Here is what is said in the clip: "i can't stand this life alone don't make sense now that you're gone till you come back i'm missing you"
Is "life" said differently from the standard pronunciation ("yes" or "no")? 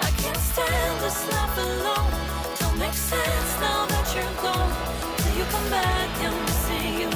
yes